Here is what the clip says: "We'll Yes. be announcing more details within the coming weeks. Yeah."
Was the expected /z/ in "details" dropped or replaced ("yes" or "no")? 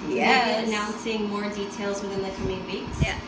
no